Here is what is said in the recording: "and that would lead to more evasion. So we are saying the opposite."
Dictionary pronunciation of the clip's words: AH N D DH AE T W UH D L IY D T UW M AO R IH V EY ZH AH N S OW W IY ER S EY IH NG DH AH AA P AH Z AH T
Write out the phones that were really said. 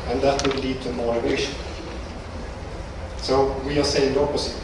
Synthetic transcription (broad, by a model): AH N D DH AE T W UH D L IY D T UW M AO R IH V EY SH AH N S OW W IY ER S EY IH NG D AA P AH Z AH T